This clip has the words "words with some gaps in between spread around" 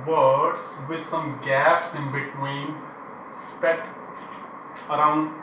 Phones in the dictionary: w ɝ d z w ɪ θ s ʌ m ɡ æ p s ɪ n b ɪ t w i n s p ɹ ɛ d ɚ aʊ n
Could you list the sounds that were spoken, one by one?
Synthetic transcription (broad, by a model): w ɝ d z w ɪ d s ʌ m ɡ æ p s ɪ n b ɪ t w i n s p ɛ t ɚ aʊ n